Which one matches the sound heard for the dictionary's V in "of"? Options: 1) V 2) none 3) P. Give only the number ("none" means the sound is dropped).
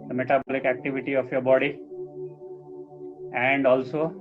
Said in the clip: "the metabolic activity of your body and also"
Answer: 3